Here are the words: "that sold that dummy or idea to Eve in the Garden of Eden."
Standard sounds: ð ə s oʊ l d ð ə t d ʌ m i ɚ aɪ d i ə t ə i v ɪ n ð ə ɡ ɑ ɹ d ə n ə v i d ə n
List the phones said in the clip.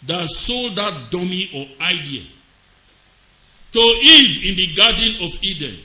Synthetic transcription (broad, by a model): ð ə s oʊ l d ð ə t d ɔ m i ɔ aɪ d i ə t ə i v ɪ n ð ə ɡ ɑ d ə n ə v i d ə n